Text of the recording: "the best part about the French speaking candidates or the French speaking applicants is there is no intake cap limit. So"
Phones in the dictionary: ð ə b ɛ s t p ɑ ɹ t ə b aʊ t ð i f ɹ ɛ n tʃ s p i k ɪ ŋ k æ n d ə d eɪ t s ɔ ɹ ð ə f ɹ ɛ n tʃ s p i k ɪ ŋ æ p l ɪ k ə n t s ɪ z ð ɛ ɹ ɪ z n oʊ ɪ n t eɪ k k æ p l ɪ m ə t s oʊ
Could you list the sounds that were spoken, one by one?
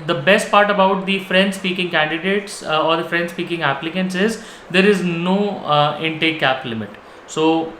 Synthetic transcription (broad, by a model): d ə b ɛ s t p ɑ ɹ t ə b aʊ t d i f ɹ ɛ n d s p i k ɪ ŋ k æ n d ə d eɪ t s ɔ ɹ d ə f ɹ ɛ n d s p i k ɪ ŋ æ p l ɪ k ə n t s ɪ z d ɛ ɹ ɪ z n oʊ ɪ n t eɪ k k æ p l ɪ m ə t s oʊ